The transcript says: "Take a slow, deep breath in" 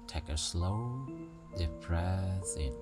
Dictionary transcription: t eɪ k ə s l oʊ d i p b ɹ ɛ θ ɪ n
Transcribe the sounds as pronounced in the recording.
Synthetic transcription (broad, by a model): t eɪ k ə s l oʊ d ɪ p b ɹ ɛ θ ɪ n